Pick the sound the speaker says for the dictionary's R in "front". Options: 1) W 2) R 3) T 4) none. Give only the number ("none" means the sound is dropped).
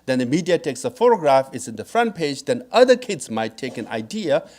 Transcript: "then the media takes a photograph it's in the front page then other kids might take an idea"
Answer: 2